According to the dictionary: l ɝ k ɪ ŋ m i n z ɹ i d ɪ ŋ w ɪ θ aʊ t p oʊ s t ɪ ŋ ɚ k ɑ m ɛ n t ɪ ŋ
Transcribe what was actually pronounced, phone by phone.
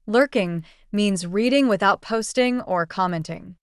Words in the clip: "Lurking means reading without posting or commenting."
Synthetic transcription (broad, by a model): l ɝ k ɪ ŋ m i n z ɹ i d ɪ ŋ w ɪ θ aʊ t p oʊ s t ɪ ŋ ɚ k ɑ m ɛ n t ɪ ŋ